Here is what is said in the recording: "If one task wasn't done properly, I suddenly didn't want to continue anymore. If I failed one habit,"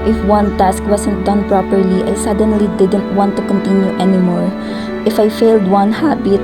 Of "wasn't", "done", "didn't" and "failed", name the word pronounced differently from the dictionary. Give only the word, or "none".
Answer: wasn't